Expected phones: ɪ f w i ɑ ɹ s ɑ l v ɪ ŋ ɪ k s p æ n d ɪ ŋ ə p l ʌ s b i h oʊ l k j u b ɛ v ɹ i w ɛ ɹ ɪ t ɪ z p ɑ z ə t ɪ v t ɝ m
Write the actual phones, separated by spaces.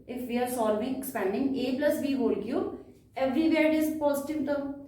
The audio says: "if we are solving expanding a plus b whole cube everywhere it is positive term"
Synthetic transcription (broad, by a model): ɪ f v i ɑ ɹ s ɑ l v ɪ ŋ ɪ k s p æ n d ɪ ŋ ə p l ʌ s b i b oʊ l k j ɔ ɛ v ɹ i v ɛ ɹ ɪ t ɪ z p ɑ z ə t ɪ v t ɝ